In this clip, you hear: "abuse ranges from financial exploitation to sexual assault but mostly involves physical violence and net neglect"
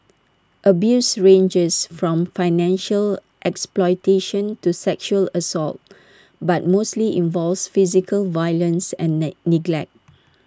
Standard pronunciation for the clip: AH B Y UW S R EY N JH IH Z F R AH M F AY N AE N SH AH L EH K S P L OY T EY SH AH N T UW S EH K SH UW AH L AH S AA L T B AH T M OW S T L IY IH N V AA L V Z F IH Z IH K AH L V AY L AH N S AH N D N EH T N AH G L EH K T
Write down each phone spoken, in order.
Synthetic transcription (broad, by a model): AH B Y UW S R EY N JH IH S F R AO M F AY N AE N SH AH L EH K S P L OY T EY SH AH N T UW S EH K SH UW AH L AH S AA L T B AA T M OW S T L IY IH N V AA L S F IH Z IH K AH L V AY L AH N S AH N N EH N AH G L EH K T